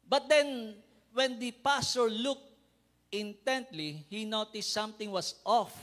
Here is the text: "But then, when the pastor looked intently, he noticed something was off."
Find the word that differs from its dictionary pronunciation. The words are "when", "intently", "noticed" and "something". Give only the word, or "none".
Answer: something